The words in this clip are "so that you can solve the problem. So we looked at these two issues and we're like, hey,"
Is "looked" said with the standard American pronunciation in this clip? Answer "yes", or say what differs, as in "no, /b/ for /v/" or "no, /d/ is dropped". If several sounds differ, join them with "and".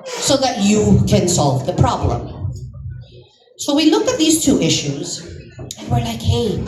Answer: no, /t/ is dropped